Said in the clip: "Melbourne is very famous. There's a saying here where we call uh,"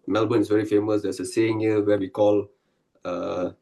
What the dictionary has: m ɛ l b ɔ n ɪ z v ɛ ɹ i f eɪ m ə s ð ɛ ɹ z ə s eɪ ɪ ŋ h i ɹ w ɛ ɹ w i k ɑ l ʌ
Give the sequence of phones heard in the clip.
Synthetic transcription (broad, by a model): m ɛ l b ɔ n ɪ s v ɛ ɹ i f eɪ m ə s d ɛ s ə s eɪ ɪ ŋ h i w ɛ w i k ɑ l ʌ